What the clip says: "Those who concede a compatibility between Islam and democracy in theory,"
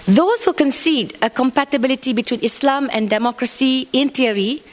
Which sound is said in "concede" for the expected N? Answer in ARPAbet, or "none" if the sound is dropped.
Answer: N